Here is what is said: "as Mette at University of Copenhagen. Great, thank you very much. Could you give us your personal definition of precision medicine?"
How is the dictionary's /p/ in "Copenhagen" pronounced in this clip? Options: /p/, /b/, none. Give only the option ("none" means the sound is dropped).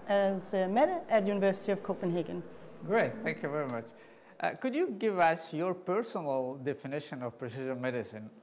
/p/